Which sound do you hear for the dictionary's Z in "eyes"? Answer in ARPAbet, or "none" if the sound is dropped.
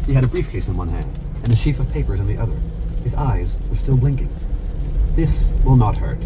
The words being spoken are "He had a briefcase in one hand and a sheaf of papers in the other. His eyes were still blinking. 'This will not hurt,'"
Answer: Z